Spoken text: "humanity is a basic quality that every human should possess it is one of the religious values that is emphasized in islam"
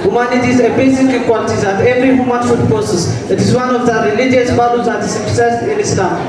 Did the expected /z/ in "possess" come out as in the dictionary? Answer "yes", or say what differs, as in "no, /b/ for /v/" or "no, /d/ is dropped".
no, /s/ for /z/